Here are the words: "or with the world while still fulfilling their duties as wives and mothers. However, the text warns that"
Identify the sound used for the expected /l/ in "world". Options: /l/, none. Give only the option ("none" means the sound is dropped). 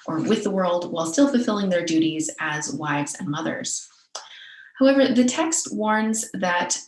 /l/